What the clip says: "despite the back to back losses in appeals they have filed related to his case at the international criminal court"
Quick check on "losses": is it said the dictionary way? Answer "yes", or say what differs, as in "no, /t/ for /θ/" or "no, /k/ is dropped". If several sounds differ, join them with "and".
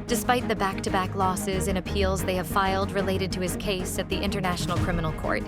yes